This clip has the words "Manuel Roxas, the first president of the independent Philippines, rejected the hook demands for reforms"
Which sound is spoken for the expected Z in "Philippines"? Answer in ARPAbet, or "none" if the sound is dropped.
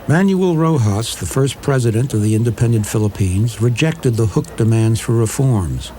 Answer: Z